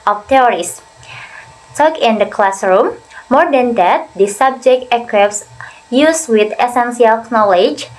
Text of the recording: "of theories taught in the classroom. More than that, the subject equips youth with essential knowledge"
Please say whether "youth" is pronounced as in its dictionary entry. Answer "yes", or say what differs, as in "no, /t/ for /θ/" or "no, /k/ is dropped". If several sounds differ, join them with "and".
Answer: no, /s/ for /θ/